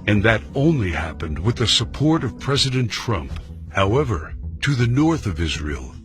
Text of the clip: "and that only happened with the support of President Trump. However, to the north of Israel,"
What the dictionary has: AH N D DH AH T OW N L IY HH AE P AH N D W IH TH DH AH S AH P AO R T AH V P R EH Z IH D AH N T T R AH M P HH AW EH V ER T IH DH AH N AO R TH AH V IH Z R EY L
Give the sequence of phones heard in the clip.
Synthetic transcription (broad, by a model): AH N DH AH T OW N L IY HH AE P AH N D W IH DH AH S AH P AO R T AH V P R EH Z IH D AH N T T R AH M P HH AW EH V ER T IH DH AH N AO R TH AH V IH Z R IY L